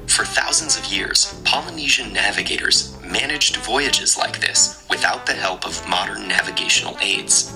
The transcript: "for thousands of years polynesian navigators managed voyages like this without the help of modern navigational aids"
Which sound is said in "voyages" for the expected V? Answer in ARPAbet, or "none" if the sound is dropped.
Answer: V